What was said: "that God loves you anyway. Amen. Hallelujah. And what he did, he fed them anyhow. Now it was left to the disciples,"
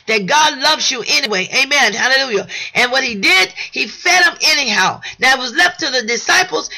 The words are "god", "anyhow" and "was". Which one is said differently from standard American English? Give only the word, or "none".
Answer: none